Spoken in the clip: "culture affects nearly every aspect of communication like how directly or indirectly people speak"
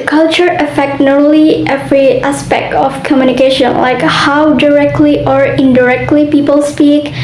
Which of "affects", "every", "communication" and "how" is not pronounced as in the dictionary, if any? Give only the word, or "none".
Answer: affects